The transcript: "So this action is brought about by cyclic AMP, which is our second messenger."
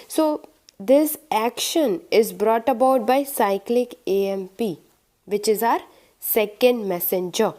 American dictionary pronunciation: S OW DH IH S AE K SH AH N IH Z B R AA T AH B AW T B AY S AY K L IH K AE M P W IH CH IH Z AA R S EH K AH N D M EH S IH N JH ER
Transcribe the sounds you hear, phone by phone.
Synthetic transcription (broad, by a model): S OW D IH S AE K SH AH N IH Z B R AA T AH B AW T B AY S AY K L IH K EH M P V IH CH IH Z AA R S EH K AH N D M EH S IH N JH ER